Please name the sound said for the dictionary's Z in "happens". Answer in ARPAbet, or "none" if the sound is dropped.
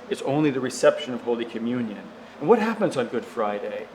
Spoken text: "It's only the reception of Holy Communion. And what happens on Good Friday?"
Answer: Z